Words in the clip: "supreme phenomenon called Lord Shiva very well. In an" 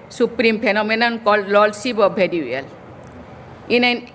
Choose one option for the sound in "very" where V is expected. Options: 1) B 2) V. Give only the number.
1